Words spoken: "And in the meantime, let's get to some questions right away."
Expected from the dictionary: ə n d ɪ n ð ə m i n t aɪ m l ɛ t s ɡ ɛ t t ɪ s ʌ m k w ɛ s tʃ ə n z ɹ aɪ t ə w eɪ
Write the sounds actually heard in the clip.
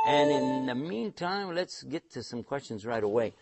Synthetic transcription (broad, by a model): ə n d ɪ n ð ə m i n t aɪ m l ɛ t s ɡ ɛ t t ɪ s ʌ m k w ɛ s tʃ ə n z ɹ aɪ t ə w eɪ